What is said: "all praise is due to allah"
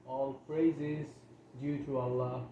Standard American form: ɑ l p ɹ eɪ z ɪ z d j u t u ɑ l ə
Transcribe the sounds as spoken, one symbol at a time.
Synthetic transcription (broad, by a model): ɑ l f ɹ eɪ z ɪ z d j u t u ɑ l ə